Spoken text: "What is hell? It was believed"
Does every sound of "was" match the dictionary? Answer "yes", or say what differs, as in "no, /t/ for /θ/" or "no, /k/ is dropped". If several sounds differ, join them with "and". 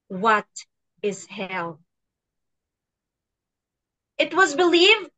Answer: yes